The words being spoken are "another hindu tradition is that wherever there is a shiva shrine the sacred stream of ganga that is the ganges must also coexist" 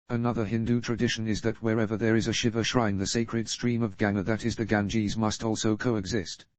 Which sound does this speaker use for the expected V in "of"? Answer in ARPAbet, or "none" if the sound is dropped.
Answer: V